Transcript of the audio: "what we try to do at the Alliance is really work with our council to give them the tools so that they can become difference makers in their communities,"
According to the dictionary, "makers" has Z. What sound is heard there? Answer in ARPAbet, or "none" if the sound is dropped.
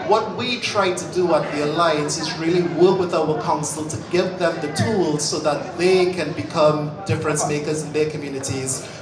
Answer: Z